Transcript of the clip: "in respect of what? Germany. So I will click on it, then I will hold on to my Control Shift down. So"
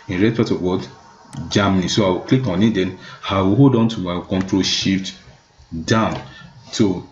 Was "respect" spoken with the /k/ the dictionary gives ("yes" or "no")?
no